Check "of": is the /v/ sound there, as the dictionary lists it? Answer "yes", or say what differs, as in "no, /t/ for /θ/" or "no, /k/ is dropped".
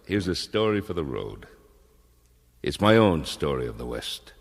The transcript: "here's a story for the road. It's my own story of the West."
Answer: yes